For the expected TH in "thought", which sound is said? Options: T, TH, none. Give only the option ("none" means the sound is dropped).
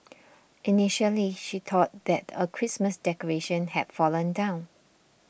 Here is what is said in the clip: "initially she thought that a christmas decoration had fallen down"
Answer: T